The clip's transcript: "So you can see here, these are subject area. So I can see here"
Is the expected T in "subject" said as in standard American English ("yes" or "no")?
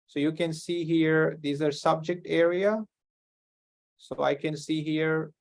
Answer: yes